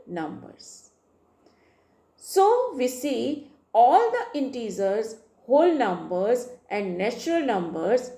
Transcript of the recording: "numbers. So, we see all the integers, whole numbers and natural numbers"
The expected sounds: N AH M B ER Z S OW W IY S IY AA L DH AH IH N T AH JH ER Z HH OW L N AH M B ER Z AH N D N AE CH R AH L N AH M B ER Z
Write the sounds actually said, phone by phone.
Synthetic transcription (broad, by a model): N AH M B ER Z S OW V IY S IY AA L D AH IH N T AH Z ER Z HH OW L N AH M B ER Z AH N D N AE CH R AH L N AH M B ER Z